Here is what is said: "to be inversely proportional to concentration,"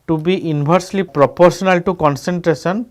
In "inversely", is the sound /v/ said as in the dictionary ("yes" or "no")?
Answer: no